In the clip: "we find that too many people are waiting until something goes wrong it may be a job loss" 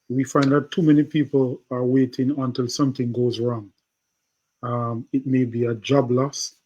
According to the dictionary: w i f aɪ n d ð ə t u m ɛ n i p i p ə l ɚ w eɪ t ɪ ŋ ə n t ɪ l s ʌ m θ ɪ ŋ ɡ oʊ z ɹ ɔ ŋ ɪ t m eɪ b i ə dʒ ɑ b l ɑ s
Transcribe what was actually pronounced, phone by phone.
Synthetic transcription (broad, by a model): w i f aɪ n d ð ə t u m ɛ n i p i p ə l ɚ w eɪ t ɪ ŋ ə n t ɪ l s ʌ m θ ɪ ŋ ɡ oʊ z ɹ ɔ ŋ ɪ t m eɪ b i ə dʒ ɑ b l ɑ s